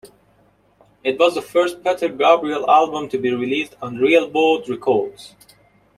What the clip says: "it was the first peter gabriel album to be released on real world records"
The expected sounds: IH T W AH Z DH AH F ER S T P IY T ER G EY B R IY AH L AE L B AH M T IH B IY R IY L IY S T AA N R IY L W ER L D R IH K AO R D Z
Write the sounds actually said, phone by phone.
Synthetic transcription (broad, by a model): IH T W AH Z DH AH F ER S T P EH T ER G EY B R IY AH L AE L B AH M T IH B IY R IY L IY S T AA N R IY L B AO D R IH K AO R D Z